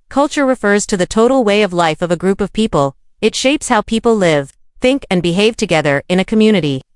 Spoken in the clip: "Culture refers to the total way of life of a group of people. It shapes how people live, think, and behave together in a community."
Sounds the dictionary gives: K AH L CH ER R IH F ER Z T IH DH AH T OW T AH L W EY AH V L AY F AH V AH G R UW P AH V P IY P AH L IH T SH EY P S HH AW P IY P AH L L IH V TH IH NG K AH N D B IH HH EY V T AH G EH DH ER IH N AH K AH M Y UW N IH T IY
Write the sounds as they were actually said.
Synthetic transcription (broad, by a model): K AH L CH ER R IH F ER Z T IH DH AH T OW T L W EY AH V L AY F AH V AH G R UW P AH V P IY P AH L IH T SH EY P S HH AW P IY P L L IH V TH IH NG K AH N B IH HH EY V T AH G EH DH ER IH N AH K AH M Y UW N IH T IY